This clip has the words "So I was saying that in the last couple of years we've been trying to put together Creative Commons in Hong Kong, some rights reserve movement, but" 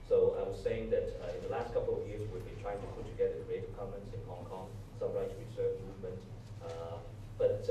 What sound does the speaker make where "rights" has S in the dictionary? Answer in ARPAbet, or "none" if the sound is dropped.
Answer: none